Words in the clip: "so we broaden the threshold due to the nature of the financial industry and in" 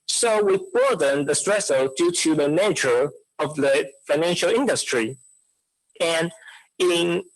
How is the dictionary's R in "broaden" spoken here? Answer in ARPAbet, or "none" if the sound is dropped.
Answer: none